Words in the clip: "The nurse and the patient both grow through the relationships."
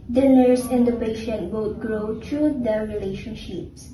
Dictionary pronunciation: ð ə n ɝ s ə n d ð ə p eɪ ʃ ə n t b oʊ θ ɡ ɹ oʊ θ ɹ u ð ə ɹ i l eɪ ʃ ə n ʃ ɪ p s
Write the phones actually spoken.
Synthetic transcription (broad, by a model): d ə n ɝ s ə n d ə p eɪ ʃ ə n t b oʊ t ɡ ɹ oʊ t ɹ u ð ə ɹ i l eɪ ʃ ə n ʃ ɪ p s